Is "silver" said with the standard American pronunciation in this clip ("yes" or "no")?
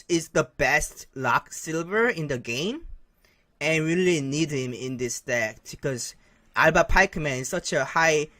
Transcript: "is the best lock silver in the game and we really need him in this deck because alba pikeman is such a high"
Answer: yes